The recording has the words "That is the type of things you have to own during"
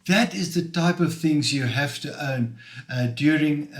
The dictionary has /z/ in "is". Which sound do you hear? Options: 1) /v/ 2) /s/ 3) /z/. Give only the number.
3